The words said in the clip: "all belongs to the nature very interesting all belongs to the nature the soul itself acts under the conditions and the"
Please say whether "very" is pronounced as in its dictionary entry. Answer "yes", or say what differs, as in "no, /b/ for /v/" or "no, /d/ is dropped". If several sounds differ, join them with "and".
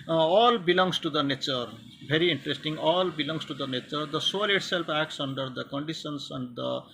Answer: no, /b/ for /v/